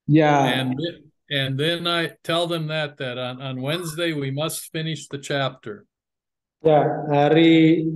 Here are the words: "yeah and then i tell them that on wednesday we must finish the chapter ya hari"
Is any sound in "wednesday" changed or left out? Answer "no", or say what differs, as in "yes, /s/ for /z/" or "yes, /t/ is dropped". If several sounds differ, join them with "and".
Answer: no